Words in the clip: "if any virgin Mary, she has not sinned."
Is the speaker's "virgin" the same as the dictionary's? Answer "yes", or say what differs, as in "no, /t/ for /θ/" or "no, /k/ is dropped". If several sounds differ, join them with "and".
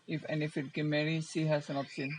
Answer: no, /f/ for /v/